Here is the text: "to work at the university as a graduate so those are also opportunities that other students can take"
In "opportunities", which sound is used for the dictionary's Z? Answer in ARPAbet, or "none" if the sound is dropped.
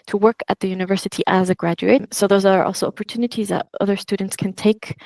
Z